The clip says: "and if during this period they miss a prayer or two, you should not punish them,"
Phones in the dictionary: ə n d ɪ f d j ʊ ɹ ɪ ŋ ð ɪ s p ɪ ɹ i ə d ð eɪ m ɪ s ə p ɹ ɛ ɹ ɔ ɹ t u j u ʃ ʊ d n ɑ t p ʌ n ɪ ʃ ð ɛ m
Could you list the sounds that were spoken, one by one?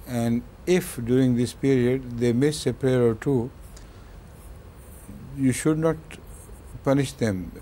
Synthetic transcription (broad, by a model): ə n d ɪ f d j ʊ ɹ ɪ ŋ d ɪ s p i ɹ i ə d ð eɪ m ɪ s ə p ɹ ɛ ɹ ɔ ɹ t u j u ʃ ʊ d n ɑ t p ʌ n ɪ ʃ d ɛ m